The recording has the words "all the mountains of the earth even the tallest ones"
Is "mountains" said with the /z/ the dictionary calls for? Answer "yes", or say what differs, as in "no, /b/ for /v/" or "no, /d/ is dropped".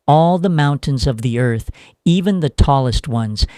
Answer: yes